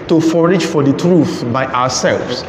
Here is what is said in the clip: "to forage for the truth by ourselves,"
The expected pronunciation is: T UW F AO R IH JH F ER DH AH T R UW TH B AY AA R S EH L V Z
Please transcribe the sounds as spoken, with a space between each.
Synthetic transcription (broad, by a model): T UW F AO R IH JH F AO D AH T R UW TH B AY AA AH S EH L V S